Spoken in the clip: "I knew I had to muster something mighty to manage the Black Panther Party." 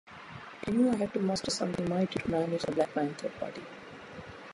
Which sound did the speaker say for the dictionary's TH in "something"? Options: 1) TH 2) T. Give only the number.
2